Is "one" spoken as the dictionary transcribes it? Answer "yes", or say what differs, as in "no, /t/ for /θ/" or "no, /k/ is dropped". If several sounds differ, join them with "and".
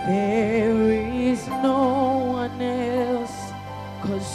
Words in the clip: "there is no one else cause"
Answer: yes